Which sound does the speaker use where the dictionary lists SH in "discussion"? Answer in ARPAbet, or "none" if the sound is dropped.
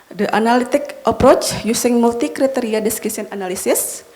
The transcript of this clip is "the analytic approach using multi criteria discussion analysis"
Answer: S